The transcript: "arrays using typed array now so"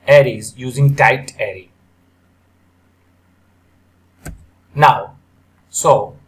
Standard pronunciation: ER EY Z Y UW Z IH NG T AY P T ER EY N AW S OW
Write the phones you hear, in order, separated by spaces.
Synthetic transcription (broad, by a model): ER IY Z Y UW Z IH NG T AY T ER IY N AW S OW